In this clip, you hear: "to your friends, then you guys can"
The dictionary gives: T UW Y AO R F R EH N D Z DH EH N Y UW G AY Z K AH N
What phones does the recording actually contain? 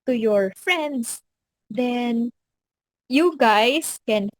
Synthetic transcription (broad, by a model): T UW Y AO R F R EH N D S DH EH N Y UW G AY S K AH N